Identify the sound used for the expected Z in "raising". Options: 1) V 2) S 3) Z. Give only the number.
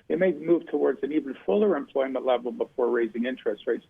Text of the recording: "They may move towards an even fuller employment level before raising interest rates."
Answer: 3